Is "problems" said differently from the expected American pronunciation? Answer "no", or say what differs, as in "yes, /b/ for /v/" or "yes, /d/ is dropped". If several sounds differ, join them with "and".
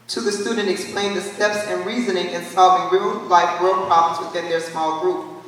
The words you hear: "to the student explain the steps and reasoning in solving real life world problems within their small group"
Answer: no